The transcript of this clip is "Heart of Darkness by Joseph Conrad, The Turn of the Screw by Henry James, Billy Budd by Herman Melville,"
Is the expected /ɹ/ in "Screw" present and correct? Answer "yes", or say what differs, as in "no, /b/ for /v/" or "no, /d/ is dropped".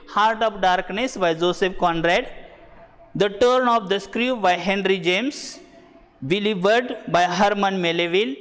yes